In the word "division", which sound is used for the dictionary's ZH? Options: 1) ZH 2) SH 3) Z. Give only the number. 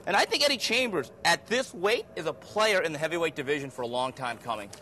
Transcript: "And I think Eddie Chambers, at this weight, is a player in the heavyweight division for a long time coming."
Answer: 1